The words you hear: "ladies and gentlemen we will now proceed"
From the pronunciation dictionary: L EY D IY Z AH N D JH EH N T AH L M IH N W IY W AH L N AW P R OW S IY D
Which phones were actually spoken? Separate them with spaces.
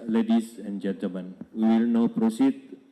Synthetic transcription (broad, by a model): L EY D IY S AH N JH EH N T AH M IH N W IY W AH L N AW P R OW S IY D